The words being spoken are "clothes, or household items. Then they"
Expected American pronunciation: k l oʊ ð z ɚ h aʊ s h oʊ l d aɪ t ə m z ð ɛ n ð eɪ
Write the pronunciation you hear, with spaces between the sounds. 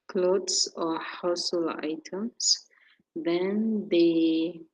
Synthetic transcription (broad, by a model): k l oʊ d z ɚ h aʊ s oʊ l aɪ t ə m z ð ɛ n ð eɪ